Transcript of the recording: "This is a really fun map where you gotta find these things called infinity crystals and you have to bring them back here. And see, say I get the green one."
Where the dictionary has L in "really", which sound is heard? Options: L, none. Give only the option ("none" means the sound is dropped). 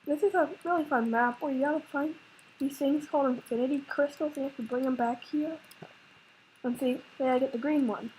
L